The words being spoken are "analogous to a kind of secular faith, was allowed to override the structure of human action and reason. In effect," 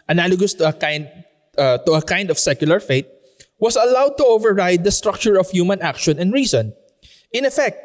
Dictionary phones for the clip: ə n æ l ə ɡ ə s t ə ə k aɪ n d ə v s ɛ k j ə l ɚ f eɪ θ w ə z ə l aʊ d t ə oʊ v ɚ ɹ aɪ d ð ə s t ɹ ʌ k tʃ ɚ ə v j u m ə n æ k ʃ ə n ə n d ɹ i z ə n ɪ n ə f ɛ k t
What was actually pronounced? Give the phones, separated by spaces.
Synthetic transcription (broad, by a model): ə n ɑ l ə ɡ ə s t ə ə k aɪ n d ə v s ɛ k j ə l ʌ f eɪ t w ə s ə l aʊ d t ə oʊ v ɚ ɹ aɪ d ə s t ɹ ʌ k tʃ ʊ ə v j u m ə n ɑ k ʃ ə n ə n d ɹ i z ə n ɪ n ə f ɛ k t